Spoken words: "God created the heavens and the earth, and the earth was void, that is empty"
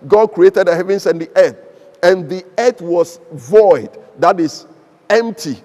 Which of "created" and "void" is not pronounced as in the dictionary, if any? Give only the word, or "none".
none